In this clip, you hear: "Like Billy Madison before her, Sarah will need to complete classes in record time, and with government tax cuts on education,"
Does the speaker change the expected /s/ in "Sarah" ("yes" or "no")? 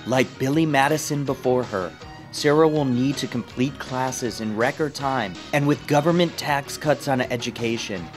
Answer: no